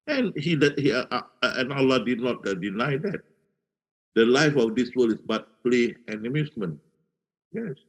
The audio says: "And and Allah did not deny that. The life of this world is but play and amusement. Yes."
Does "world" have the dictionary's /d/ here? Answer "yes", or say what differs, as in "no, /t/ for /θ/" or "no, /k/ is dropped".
no, /d/ is dropped